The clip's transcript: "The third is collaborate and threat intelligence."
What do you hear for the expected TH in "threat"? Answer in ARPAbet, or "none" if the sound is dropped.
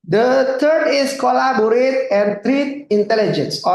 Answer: T